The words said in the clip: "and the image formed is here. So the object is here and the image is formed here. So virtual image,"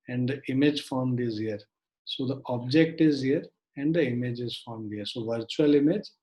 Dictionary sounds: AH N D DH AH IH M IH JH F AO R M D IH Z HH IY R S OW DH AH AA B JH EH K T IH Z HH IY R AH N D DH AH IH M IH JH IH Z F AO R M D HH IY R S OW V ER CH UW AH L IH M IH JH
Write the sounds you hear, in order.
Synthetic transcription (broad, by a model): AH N D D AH IH M IH JH F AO R M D IH Z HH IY R S OW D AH AA B JH EH K T IH Z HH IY R AH N D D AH IH M IH JH IH Z F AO R M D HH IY R S OW V ER CH UW AH L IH M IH JH